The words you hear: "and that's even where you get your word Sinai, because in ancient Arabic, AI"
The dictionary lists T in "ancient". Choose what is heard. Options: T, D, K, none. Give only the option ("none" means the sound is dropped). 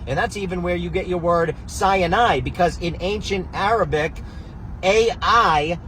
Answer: T